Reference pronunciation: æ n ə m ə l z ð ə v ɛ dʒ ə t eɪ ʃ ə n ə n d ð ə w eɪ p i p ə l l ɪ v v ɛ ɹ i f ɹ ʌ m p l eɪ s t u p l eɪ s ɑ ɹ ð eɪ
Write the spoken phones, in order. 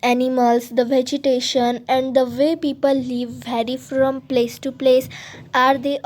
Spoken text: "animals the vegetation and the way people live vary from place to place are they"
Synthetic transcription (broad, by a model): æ n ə m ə l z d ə v ɛ dʒ ə t eɪ ʃ ə n ə n d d ə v eɪ p i p ə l l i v v ɛ ɹ i f ɹ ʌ m p l eɪ s t u p l eɪ s ɑ ɹ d eɪ